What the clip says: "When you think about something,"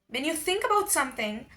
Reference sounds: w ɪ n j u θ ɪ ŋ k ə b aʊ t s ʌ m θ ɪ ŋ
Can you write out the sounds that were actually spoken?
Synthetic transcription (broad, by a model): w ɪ n j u θ ɪ ŋ k ə b aʊ t s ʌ m θ ɪ ŋ